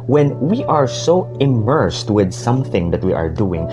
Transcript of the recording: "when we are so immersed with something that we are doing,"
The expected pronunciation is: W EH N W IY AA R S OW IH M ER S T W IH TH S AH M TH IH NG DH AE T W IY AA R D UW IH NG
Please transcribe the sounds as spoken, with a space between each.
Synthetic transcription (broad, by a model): W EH N W IY AA R S OW IH M ER S T W IH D S AH M TH IH NG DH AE T W IY AA R D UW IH NG